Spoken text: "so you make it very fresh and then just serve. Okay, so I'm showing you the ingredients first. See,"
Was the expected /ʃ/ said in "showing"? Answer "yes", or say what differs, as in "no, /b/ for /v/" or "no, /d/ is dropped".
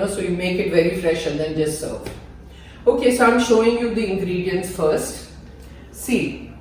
yes